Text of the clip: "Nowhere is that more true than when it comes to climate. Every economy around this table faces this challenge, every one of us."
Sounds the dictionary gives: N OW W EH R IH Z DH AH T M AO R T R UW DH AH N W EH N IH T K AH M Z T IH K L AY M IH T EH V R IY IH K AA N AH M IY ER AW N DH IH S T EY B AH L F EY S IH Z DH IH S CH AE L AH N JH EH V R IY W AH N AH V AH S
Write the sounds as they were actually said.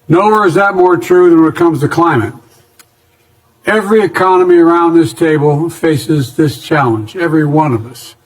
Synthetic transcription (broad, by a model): N OW W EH R IH Z DH AH T M AO R T R UW DH AH N W IH T K AH M Z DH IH K L AY M IH T EH V R IY IH K AA N AH M IY ER AW N DH IH S T EY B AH L F EY S IH Z DH IH S CH AE L AH N JH EH V R IY W AH N AH V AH S